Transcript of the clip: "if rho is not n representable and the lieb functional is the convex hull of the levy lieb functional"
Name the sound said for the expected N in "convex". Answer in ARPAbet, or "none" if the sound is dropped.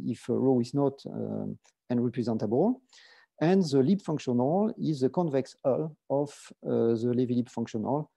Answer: N